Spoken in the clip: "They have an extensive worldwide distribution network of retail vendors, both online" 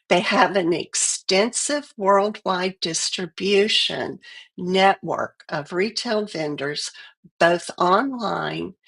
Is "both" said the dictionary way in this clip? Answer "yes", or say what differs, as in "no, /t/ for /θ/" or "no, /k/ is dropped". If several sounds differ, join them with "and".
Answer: yes